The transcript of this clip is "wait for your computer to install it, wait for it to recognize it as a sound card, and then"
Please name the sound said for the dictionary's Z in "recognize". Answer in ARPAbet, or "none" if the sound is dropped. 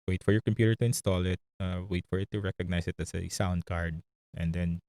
S